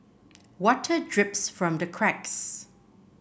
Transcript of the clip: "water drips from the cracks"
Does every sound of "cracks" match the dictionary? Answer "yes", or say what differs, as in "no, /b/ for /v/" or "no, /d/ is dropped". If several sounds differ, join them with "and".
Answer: yes